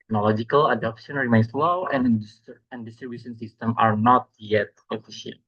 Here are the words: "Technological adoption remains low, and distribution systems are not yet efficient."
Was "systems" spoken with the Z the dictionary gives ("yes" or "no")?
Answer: no